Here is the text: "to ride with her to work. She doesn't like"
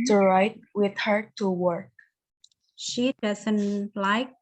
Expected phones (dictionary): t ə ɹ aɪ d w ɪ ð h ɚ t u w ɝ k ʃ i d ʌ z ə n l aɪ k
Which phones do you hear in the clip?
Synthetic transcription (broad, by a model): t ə ɹ aɪ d w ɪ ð h ɚ t u w ɝ k ʃ i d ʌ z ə n l aɪ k